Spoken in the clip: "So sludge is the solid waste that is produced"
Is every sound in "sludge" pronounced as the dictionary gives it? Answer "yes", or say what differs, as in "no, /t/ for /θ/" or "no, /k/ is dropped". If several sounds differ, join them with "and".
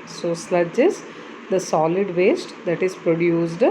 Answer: yes